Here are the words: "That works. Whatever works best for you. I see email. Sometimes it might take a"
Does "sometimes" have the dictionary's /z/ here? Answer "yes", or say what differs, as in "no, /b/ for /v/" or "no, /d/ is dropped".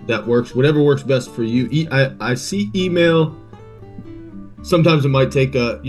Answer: yes